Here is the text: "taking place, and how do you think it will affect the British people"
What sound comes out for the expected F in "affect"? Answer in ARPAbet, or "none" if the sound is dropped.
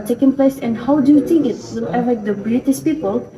none